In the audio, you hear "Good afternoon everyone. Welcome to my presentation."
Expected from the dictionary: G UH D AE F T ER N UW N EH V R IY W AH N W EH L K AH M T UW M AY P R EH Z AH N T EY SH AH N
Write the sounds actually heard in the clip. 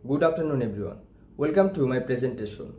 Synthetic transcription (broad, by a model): G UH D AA P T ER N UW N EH B R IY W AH N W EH L K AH M T UW M AY P R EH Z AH N T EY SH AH N